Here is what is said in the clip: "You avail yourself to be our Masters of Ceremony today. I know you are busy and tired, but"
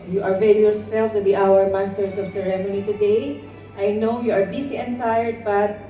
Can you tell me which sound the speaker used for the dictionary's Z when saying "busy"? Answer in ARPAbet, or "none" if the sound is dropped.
S